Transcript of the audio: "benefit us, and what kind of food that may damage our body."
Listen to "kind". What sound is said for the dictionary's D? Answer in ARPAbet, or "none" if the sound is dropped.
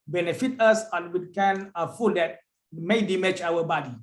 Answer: none